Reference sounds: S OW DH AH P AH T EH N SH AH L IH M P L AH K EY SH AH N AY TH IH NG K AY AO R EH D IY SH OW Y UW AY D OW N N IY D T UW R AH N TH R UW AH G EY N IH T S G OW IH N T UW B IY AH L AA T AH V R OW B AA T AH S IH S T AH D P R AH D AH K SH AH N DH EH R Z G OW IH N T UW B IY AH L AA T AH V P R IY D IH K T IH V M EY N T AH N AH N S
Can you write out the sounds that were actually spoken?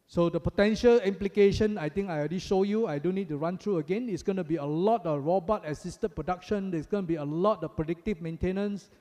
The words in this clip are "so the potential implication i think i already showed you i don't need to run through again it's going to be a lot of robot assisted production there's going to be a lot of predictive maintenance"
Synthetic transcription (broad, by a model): S OW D AH P AH T EH N SH AH L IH M P L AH K EY SH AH N AY T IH NG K AY R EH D IY SH OW Y UW AY D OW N N IY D T UW R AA N T R UW AH G EY N IH T S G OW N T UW B IY AH L AA T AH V R OW B AA T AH S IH S T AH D P R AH D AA K SH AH N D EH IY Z G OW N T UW B IY AH L AA T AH P R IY D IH K T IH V M EY N T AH N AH N S